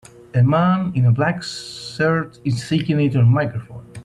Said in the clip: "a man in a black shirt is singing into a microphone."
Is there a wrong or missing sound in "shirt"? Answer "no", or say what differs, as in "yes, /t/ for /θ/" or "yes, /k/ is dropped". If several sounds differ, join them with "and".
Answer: yes, /s/ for /ʃ/